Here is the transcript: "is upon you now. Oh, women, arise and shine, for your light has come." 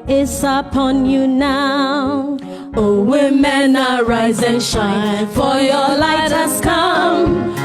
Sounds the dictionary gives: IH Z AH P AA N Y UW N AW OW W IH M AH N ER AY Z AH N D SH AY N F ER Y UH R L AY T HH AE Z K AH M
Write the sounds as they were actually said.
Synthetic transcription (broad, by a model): IH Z AH P AA N Y UW N AW OW W IH M AH N ER AY Z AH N SH AY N F ER Y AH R L AY T HH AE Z K AH M